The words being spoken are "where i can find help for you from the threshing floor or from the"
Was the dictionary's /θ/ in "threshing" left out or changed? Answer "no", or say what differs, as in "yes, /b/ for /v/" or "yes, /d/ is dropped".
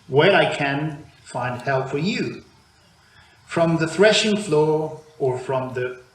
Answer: no